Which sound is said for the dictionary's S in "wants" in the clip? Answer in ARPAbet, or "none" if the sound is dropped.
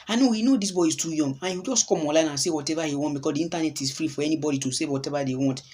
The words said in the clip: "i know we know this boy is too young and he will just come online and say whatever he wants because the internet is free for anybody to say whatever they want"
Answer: none